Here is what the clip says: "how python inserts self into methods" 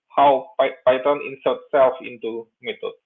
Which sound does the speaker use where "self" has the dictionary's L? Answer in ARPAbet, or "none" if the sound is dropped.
L